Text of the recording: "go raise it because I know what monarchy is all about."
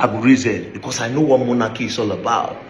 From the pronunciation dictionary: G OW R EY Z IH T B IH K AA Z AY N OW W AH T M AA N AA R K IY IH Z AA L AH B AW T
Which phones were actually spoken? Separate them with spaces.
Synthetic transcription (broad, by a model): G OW R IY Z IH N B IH K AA S AY N OW W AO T M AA N AA K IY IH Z AA L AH B AW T